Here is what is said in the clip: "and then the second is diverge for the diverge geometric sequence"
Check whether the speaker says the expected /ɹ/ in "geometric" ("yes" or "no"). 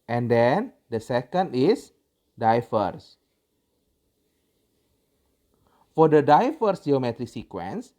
yes